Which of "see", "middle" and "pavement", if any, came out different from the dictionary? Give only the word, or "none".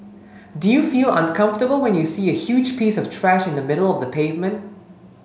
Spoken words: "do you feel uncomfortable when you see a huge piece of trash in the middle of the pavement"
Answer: none